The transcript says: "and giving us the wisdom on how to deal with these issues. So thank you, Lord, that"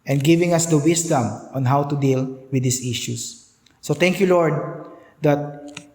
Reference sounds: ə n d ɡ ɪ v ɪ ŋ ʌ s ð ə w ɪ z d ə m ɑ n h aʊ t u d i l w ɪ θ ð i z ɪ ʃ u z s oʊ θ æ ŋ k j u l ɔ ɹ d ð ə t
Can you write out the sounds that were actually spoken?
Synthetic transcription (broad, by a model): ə n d ɡ ɪ v ɪ ŋ ʌ s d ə w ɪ s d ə m ɑ n h aʊ t u d i l w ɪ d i s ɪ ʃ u s oʊ t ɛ ŋ k j u l ɔ ɹ d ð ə t